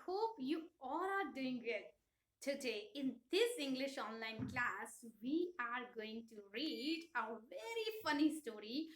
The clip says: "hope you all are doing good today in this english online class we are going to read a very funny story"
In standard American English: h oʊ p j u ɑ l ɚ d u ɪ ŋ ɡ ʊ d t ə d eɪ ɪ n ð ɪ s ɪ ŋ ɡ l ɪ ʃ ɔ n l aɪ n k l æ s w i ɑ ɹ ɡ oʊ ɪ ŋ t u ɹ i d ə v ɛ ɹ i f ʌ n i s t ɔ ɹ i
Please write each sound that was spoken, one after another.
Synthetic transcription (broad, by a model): h oʊ p j u ɑ l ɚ d u ɪ ŋ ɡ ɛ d t ə d eɪ ɪ n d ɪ s ɪ ŋ ɡ l ɪ ʃ ɔ n l aɪ n k l æ s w i ɑ ɹ ɡ oʊ ɪ ŋ t u ɹ i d ə v ɛ ɹ i f ʌ n i s t ɔ ɹ i